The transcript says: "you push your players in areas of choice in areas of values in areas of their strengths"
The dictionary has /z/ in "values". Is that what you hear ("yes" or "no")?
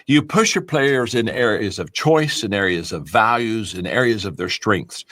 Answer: yes